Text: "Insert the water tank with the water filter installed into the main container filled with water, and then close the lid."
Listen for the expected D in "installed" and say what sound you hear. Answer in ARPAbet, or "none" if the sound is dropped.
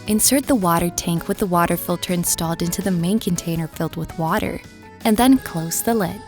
D